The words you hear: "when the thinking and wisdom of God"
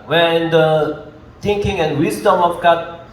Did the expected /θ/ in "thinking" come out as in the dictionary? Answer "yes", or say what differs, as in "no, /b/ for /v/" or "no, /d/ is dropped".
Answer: no, /t/ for /θ/